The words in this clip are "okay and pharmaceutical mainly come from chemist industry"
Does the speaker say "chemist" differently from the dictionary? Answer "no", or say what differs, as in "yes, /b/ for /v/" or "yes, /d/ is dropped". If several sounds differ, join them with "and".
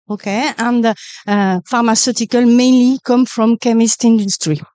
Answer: no